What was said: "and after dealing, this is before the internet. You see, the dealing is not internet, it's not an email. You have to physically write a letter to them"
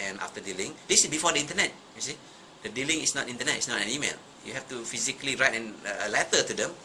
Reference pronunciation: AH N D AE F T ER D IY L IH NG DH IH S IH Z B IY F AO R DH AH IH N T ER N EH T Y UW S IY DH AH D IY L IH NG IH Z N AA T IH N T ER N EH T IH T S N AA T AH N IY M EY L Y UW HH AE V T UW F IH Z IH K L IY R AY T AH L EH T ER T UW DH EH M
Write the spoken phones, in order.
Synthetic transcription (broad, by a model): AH N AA F T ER D IY L IH NG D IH S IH S B IY F AO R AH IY N T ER N EH T Y UW S IY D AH D IY L IH NG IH S N AA T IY N T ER N EH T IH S N AA T AH N IY M EY L Y UW HH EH F T UW F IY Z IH K L IY R AY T AH L EH T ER T UW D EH M